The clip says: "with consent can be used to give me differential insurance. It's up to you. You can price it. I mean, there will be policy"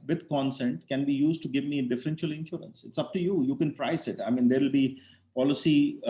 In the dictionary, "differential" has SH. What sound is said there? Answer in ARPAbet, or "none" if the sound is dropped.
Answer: SH